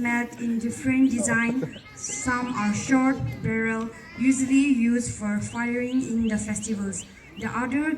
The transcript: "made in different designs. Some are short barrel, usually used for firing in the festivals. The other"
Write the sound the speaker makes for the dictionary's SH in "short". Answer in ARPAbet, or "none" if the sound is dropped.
SH